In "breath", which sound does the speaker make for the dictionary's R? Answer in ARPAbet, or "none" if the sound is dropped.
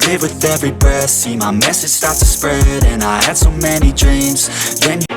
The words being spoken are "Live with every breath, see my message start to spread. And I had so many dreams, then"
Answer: none